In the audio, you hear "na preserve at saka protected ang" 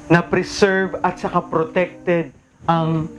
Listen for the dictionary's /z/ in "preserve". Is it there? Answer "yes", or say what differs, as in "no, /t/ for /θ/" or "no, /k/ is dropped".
no, /s/ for /z/